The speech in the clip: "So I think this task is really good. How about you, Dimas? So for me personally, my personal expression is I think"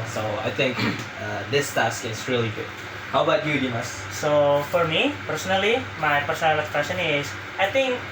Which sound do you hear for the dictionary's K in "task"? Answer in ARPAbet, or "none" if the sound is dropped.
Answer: K